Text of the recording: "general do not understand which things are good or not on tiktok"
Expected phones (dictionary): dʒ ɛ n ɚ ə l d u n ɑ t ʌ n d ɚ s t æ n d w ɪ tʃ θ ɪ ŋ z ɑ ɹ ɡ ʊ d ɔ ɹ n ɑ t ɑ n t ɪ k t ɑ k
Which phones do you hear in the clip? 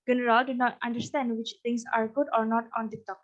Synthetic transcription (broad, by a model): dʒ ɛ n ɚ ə l d u n ɑ t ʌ n d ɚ s t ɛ n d w ɪ tʃ t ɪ ŋ s ɑ ɹ ɡ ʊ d ɔ ɹ n ɑ t ɑ n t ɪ t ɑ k